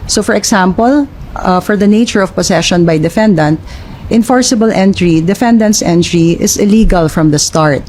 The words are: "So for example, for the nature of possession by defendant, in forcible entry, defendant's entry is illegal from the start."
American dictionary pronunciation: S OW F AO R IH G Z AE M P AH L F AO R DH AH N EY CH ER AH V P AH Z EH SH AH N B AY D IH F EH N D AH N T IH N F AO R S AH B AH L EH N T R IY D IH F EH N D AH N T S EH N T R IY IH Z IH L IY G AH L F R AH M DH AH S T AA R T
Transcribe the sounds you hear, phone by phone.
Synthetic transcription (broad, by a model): S OW F AO R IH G S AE M P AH L F AO R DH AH N EY CH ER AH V P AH S EH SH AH N B AY D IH F EH N D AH N T IH N F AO R S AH B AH L EH N T R IY D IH F EH N D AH N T S EH N T R IY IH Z IH L IY G AH L F R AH M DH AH S T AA R T